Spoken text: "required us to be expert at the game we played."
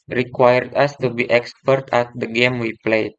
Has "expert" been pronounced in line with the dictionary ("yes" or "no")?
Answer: yes